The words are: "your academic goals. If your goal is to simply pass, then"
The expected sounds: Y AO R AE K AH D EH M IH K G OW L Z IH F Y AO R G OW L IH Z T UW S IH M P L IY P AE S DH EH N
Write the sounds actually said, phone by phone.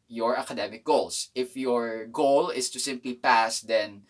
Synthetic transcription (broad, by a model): Y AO R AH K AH D EH M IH K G OW L S IH F Y AO R G OW L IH S T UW S IH M P L IY P AE S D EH N